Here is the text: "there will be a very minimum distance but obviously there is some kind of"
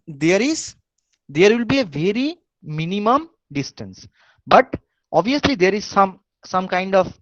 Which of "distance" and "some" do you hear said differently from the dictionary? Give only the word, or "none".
none